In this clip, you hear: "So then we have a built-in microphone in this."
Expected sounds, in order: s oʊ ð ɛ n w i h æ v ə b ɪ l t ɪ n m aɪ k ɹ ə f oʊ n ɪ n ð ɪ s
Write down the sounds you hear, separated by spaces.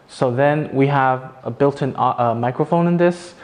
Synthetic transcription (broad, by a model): s oʊ ð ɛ n w i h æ v ə b ɪ l t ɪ n m aɪ k ɹ ə f oʊ n ɪ n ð ɪ s